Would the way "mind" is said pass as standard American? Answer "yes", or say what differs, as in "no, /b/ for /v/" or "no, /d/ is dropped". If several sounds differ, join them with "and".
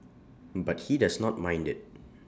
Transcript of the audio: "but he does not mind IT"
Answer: yes